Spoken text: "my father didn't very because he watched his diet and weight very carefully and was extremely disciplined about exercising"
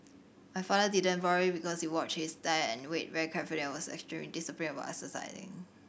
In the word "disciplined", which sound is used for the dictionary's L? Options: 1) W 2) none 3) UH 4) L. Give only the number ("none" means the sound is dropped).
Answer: 2